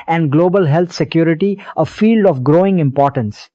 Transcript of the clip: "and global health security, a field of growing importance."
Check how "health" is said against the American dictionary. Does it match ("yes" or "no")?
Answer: no